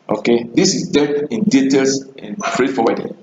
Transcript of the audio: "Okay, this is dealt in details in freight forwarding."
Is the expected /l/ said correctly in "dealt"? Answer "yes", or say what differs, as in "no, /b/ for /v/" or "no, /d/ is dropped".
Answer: no, /l/ is dropped